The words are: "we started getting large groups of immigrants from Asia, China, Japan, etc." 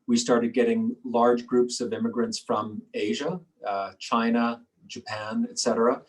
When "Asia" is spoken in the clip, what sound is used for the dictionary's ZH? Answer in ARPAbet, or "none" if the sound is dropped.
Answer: ZH